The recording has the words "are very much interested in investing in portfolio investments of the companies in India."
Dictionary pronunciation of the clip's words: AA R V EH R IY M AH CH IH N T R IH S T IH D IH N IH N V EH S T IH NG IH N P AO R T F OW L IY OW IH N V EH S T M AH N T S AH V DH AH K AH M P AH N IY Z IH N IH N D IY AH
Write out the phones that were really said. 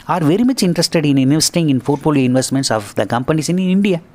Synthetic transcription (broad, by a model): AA R V EH R IY M AH CH IH N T R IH S T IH D IH N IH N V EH S T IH NG IH N F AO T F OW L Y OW IH N V EH S T M AH N T S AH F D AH K AH M P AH N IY S IH N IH N D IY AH